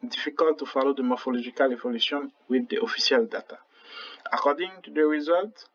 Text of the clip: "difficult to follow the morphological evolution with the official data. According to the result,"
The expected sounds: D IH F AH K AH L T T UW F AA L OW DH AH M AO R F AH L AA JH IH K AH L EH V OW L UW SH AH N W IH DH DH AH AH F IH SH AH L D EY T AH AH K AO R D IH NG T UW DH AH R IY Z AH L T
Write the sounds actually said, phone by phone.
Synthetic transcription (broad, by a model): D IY F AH K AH L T T UW F AA L OW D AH M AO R F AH L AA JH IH K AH L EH V OW L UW S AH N W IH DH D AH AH F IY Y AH L D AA T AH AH K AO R D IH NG T UW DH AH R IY Z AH L T